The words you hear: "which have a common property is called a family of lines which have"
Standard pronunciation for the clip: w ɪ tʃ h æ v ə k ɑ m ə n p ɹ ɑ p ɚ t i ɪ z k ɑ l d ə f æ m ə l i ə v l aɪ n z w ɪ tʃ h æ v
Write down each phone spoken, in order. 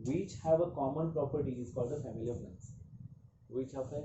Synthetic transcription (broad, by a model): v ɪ tʃ h æ v ə k ɑ m ə n p ɹ ɑ p ɚ t i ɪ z k ɑ l d ə f æ m ə l i ə v n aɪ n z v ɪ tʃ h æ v